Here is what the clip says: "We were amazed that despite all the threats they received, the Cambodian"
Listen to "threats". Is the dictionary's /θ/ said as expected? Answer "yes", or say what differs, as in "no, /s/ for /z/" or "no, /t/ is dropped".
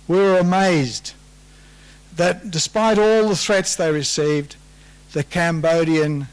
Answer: yes